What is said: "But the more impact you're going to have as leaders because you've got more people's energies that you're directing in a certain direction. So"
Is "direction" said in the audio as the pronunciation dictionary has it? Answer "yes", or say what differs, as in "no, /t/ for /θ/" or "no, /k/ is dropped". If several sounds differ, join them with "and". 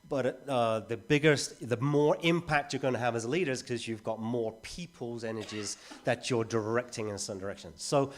yes